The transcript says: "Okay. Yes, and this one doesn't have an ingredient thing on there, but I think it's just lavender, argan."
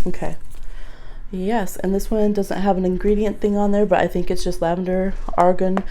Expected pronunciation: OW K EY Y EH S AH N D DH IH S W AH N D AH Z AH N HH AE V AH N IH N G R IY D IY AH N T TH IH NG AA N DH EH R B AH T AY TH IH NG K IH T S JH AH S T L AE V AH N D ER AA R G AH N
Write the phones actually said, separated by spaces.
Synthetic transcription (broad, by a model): OW K EY Y EH S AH N DH IH S W AH N D AH Z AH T HH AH V AH N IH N G R IY D IY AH N TH IH NG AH N DH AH R B AH T AY TH IH NG K IH T S JH AH S T L AE V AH N D ER AA R G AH N